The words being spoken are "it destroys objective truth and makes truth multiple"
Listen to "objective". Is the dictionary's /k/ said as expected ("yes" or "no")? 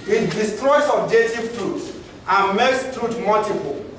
no